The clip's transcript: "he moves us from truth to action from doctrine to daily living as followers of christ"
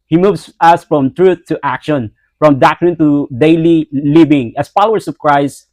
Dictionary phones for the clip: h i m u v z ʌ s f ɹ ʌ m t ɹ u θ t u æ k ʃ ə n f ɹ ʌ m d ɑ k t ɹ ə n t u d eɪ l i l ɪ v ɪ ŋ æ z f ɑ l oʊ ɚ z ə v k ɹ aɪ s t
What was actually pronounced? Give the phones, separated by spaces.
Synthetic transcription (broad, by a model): h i m u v s ʌ s f ɹ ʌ m t ɹ u θ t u æ k ʃ ə n f ɹ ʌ m d ɑ k t ɹ ə n t u d eɪ l i l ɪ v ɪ ŋ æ s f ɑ l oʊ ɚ s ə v k ɹ aɪ s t